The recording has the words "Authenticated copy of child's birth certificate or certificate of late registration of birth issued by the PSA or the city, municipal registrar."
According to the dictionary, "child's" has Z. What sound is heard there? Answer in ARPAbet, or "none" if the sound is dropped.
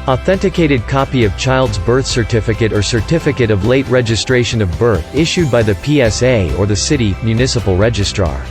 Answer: Z